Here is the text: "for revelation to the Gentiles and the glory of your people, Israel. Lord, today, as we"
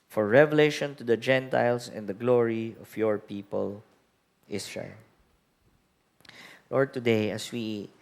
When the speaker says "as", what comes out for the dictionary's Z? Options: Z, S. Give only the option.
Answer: S